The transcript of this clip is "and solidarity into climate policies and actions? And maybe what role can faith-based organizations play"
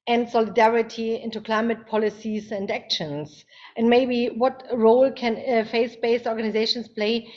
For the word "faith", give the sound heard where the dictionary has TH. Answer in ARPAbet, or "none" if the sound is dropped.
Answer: S